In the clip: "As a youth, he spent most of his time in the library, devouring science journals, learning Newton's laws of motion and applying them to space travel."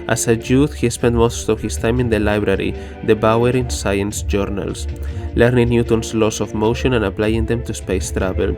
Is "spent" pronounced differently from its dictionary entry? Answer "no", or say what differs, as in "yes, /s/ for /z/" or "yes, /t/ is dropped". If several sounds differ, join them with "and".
no